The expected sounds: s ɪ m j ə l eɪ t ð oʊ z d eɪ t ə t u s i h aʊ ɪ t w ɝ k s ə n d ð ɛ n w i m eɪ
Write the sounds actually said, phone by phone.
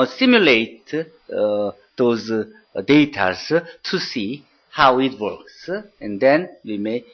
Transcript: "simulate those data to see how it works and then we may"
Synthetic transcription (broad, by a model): s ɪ m j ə l eɪ t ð oʊ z d eɪ t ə t u s i h aʊ ɪ t w ɝ k s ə n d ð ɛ n w i m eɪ